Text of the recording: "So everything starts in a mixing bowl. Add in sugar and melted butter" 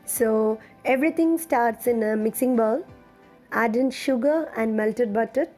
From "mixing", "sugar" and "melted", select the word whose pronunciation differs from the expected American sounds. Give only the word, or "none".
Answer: none